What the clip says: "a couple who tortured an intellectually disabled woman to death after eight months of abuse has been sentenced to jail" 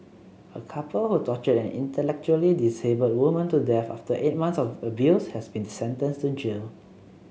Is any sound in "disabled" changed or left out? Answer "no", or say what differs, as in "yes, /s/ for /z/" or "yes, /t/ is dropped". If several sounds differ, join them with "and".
yes, /l/ is dropped